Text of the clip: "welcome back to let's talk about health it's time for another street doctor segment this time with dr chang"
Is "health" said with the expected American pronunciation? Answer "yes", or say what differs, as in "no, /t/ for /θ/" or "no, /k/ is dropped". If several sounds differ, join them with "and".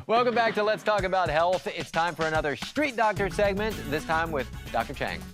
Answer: yes